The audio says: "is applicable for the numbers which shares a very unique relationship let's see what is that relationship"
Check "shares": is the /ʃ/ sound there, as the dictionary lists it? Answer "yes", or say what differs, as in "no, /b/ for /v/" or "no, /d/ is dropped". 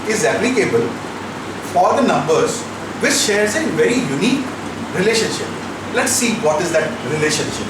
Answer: yes